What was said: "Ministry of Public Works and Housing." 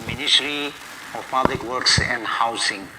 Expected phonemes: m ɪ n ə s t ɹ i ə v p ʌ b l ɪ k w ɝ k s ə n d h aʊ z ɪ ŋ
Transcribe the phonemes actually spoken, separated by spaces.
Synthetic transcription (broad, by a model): m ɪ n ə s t ɹ i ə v p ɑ b l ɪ k w ɝ k s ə n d h aʊ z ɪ ŋ